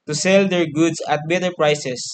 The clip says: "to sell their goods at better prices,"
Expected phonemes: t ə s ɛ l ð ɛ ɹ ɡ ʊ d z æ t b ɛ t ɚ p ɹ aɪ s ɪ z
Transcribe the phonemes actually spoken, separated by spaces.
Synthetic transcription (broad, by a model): t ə s ɛ l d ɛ ɹ ɡ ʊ d s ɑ t b ɛ t ɚ p ɹ aɪ s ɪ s